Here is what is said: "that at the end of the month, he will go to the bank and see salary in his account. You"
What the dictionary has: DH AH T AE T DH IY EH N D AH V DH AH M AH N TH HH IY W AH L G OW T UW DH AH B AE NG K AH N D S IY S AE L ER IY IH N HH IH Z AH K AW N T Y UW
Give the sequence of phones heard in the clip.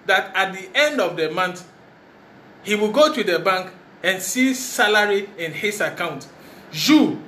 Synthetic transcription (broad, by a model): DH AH T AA T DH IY EH N D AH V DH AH M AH N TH HH IY W AH L G OW T UW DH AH B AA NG K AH N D S IY S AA L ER IY IH N HH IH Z AH K AW N T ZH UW